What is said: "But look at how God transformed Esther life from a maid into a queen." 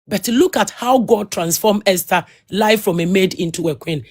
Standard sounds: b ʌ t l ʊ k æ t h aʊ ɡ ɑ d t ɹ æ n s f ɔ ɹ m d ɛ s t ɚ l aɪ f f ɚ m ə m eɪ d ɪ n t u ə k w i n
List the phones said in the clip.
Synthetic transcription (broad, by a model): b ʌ t l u k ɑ t h aʊ ɡ ɑ d t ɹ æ n s f ɔ m ɛ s t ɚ l aɪ f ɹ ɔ m ə m eɪ d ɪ n t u ə k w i n